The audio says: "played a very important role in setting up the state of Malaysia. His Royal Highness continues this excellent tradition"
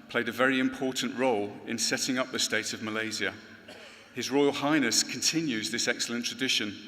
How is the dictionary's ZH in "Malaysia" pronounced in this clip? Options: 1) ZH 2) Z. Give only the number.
2